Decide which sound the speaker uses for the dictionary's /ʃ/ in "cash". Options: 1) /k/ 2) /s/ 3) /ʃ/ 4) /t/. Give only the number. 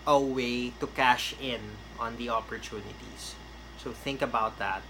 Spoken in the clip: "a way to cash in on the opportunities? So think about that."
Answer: 3